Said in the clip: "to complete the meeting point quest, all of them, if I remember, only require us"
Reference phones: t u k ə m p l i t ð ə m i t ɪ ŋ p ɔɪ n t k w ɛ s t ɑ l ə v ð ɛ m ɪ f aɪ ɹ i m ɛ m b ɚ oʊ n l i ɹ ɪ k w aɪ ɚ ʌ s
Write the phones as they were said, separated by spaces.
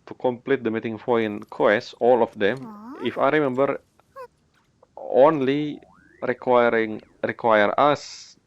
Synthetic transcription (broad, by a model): t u k ə m p l i t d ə m i t ɪ ŋ f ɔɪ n k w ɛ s ɑ l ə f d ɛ m ɪ f aɪ ɹ i m ɛ m b ɚ oʊ n l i ɹ ɪ k w aɪ ɚ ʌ s